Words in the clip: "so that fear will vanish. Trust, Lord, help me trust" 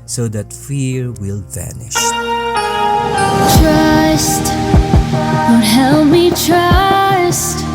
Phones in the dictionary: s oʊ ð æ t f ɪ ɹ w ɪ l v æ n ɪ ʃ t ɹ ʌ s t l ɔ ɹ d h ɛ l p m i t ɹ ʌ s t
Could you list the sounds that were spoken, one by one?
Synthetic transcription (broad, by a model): s oʊ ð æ t f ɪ ɹ w ɪ l v æ n ɪ ʃ t ɹ ʌ s t w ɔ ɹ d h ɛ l m i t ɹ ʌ s t